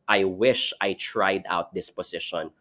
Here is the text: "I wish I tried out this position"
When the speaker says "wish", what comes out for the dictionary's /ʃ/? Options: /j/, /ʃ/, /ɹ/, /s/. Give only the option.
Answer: /ʃ/